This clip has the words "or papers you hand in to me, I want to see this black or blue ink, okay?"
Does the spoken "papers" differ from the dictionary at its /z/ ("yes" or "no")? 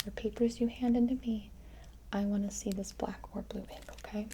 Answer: no